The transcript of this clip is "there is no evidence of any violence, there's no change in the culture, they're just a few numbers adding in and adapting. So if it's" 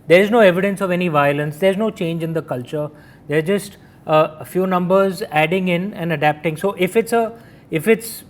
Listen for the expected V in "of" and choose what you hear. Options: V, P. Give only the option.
V